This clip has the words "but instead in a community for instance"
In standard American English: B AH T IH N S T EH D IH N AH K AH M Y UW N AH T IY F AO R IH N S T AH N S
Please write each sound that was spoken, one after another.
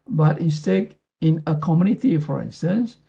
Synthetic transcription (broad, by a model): B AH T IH S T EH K IH N AH K AH M Y UW N AH T IY F AO R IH N S T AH N S